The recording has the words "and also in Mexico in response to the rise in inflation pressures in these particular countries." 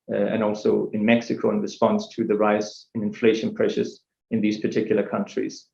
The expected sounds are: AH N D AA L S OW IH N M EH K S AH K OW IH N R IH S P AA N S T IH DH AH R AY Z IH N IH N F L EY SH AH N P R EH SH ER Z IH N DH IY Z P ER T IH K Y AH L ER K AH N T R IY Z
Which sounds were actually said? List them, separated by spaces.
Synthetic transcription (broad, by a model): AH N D AA L S OW IH N M EH K S AH K OW IH N R IH S P AA N S T IH DH AH R AY S IH N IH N F L EY SH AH N P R EH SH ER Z IH N DH IY Z P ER T IH K Y L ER K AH N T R IY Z